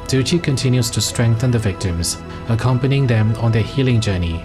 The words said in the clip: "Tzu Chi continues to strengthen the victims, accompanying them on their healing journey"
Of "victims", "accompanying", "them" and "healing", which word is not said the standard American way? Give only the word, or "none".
none